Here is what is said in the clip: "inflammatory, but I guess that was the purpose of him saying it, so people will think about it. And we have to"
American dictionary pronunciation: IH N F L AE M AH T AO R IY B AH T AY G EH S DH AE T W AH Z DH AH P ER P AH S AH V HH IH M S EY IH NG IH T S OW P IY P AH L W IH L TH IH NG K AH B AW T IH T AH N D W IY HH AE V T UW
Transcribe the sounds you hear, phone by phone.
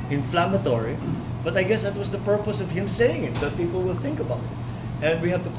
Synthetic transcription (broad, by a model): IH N F L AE M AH T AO R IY B AH T AY G EH S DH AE T W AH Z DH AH P ER P AH S AH V HH IH M S EY IH NG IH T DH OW P IY P AH L W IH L TH IH NG K AH B AW T IH T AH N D W IY HH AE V T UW